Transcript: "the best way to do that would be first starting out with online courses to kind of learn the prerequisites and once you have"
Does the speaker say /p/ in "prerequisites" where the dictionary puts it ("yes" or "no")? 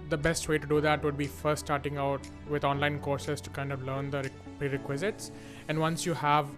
yes